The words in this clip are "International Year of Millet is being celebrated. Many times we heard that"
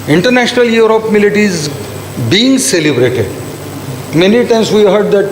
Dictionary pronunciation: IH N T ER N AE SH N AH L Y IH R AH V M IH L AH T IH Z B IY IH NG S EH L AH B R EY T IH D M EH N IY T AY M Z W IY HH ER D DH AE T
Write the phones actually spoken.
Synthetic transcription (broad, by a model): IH N T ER N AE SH N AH L Y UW R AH P M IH L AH T IH Z B IY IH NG S EH L AH B R EY T IH D M EH N IY T AY M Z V IY HH ER D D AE T